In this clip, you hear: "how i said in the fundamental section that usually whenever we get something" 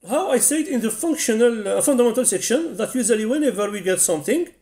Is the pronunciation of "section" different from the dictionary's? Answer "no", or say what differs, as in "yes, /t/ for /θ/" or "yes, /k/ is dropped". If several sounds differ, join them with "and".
no